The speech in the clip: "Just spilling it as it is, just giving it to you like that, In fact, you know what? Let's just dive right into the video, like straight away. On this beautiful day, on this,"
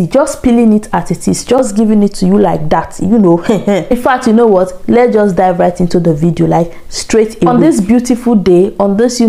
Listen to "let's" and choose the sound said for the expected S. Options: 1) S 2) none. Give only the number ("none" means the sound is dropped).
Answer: 2